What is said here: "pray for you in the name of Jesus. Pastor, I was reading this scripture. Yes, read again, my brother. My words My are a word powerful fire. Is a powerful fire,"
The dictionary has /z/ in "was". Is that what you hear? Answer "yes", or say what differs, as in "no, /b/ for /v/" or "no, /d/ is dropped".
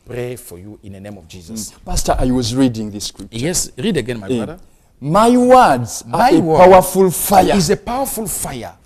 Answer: yes